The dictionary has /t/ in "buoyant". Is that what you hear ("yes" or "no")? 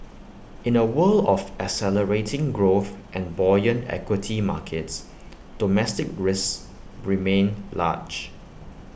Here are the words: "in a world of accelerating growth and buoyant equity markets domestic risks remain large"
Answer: no